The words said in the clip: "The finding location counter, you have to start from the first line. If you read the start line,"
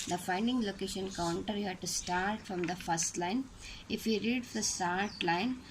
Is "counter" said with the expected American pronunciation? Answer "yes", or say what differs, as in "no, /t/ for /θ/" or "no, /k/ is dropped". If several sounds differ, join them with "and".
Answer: yes